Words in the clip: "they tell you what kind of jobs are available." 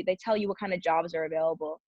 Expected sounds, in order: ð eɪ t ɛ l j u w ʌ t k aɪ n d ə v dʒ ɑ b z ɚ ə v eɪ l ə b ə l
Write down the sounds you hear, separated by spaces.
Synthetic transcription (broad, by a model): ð eɪ t ɛ l j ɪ w ʌ t k aɪ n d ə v dʒ ɑ b z ɚ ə v eɪ l ə b l